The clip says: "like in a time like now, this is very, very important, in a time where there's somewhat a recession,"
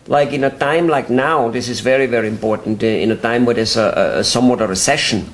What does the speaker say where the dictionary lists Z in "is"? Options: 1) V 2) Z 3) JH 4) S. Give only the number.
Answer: 2